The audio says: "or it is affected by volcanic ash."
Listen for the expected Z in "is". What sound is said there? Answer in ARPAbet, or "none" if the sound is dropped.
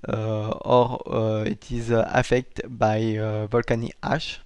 Z